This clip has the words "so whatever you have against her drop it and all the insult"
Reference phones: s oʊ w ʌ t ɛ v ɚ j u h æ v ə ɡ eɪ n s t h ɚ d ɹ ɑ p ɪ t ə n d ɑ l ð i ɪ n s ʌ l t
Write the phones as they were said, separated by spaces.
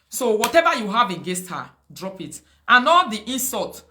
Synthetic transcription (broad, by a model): s oʊ w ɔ t ɛ v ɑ j u h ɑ v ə ɡ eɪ s t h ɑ d ɹ ɑ p ɪ t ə n ɑ l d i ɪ n s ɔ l t